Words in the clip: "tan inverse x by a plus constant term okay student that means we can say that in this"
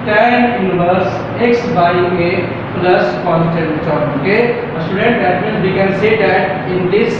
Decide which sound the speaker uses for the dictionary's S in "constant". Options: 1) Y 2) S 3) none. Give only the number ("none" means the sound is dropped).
3